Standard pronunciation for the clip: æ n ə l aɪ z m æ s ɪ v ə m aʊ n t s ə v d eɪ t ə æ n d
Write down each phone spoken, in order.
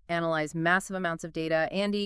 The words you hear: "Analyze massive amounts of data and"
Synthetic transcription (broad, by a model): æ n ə l aɪ z m æ s ɪ v ə m aʊ n t s ə v d eɪ t ə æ n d